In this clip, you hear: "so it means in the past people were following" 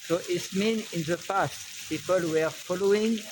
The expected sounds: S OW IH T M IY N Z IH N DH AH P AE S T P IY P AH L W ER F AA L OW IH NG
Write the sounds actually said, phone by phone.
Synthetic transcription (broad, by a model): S OW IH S M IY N IH N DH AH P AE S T P IY P AH L W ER F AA L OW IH NG